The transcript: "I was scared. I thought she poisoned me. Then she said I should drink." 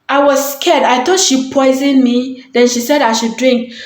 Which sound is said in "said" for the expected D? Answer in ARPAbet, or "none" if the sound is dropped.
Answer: D